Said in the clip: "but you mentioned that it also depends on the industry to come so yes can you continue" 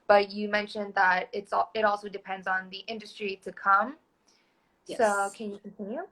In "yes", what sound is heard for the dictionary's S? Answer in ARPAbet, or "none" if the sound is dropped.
none